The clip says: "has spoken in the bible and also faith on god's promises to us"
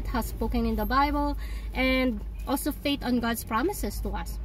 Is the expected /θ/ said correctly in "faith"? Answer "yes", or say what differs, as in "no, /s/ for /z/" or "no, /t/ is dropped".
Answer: no, /t/ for /θ/